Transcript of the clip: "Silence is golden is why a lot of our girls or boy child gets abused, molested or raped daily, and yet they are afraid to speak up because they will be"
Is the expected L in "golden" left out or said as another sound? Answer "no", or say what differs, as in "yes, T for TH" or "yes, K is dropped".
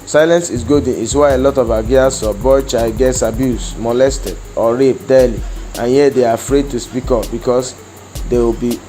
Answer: yes, L is dropped